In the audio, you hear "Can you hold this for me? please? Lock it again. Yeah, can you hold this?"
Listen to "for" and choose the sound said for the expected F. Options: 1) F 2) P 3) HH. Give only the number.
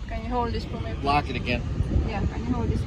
2